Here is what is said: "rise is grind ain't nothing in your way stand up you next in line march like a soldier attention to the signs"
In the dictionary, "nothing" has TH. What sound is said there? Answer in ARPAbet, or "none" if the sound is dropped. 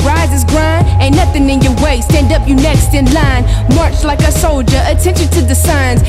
TH